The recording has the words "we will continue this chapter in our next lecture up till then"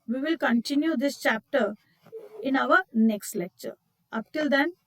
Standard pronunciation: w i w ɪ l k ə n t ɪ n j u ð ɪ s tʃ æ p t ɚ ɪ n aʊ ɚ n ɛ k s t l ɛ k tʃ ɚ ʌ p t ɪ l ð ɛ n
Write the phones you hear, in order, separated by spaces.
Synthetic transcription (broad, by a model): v i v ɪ l k ə n t ɪ n j u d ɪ s tʃ æ p t ɚ ɪ n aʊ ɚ n ɛ k s t l ɛ k tʃ ɚ ʌ p t ɪ l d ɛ n